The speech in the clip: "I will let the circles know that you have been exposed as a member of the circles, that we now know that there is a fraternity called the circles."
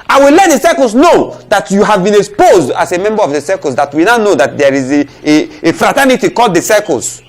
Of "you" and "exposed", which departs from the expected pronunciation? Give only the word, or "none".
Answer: none